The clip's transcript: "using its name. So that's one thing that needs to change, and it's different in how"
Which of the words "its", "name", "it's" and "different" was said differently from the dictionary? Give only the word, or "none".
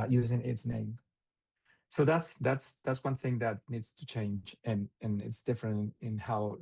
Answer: none